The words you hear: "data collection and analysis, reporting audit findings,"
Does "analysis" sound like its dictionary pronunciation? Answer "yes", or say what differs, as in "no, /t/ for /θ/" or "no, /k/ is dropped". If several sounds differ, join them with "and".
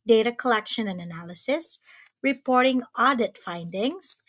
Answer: yes